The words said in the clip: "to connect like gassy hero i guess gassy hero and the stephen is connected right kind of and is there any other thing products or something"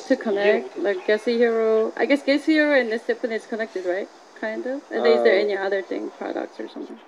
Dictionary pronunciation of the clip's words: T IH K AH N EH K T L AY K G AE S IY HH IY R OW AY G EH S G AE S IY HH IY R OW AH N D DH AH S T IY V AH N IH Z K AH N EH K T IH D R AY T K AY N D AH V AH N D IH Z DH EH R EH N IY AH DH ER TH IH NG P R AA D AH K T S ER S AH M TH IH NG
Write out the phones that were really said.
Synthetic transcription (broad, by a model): T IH K AH N EH K T L AY K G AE S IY HH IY R OW AY G EH S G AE S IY HH IY R OW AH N DH AH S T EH P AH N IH S K AH N EH K T IH D R AY T K AY N D AH V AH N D IH Z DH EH R EH N IY AH DH ER TH IH NG P R AA D AH K T S ER S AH M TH IH NG